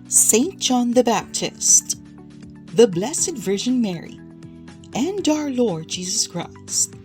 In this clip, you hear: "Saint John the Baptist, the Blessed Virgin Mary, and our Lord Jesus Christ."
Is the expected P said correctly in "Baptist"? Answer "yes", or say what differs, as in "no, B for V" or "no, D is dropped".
yes